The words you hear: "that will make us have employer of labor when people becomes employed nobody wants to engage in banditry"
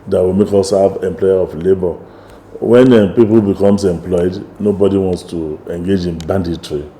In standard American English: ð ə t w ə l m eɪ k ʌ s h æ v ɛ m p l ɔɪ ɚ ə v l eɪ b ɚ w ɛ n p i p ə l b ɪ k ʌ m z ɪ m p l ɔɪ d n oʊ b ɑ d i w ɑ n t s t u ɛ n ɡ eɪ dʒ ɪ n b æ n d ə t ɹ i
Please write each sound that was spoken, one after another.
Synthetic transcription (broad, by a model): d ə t w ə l m eɪ k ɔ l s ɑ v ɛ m p l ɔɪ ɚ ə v l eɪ b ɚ w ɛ n p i p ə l b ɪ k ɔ m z ɪ m p l ɔɪ d n oʊ b ɑ d i w ɑ n t s t u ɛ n ɡ eɪ dʒ ɪ n b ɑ n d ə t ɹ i